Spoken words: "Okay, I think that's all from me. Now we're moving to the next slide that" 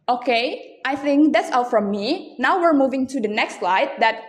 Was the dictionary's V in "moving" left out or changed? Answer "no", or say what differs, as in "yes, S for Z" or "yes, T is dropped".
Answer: no